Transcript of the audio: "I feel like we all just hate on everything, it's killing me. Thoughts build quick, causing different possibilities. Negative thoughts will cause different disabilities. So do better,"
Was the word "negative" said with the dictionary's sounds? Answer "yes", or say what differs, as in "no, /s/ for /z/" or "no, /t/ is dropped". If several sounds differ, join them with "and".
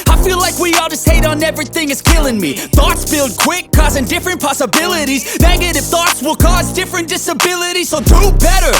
no, /f/ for /v/